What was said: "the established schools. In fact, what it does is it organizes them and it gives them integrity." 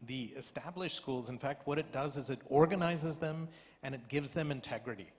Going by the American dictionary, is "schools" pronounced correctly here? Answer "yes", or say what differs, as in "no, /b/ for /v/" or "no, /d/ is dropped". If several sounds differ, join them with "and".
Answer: yes